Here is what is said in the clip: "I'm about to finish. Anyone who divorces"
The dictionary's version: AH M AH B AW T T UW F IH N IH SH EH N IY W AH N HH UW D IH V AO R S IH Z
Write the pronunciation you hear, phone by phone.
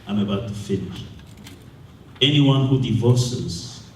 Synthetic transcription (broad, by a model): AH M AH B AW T T UW F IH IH EH N IY W AH N HH UW D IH V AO S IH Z